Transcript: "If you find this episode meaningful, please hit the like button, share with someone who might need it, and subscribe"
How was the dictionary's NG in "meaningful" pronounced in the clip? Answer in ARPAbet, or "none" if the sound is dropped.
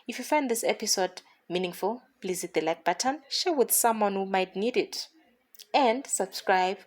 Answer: NG